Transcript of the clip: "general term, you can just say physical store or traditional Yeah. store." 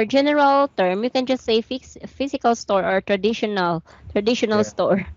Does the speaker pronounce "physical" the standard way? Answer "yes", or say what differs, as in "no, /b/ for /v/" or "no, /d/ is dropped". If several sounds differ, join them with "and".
no, /s/ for /z/